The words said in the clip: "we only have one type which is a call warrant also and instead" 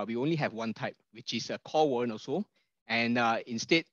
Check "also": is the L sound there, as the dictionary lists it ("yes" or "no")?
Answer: no